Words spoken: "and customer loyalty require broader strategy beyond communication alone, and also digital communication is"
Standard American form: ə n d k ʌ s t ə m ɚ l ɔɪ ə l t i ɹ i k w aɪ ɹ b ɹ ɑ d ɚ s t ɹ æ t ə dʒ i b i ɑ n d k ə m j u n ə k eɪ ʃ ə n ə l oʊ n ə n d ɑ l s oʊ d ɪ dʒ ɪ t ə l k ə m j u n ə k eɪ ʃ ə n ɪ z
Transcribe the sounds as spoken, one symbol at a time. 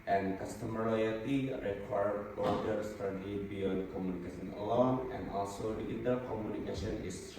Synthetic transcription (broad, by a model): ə n k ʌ s t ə m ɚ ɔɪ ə t i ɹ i k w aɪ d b ɑ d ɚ s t t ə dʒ i b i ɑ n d k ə m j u n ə k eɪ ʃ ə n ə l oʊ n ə n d ɑ l s oʊ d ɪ ɪ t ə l k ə m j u n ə k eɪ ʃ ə n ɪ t